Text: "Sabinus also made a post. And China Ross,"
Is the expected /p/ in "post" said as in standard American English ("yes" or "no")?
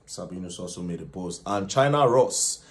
no